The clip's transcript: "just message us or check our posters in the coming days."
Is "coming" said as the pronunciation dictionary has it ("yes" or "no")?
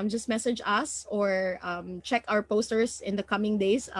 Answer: yes